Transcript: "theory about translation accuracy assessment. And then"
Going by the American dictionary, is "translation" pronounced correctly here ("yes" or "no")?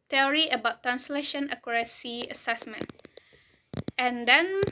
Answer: yes